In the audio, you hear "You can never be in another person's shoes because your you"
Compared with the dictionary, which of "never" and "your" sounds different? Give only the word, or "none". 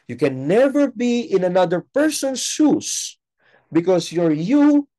none